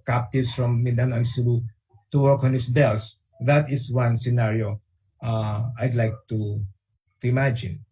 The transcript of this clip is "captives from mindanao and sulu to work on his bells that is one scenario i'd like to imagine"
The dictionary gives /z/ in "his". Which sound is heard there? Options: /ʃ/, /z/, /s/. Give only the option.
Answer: /s/